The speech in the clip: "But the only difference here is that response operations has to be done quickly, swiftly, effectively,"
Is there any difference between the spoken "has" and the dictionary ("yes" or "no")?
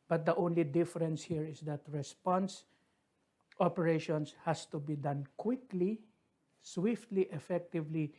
yes